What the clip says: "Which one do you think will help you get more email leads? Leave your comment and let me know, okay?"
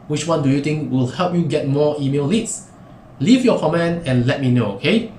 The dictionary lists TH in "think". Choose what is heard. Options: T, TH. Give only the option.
T